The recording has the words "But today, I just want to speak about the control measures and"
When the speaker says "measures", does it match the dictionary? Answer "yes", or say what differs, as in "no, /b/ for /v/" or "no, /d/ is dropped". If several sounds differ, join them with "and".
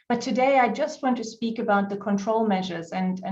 yes